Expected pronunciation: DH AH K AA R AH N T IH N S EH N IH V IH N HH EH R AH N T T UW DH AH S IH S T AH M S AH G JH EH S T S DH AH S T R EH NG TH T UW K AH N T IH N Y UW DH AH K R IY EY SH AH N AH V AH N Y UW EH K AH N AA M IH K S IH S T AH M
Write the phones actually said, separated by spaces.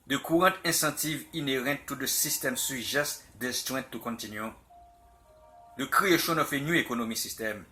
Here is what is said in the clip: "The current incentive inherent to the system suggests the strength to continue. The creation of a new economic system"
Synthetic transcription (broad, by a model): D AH K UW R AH T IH S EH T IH V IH N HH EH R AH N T T UW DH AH S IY S T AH M S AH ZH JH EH S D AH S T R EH T UW K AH N T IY N Y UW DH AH K R IY EY SH AH N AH F AH N Y UW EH K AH N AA M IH S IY S T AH M